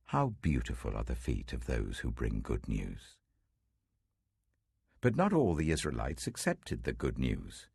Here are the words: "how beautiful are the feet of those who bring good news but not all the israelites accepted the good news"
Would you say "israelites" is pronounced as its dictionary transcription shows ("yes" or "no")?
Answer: yes